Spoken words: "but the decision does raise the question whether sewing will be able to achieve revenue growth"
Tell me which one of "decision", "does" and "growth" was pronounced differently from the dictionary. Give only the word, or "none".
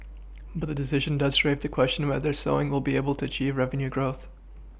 none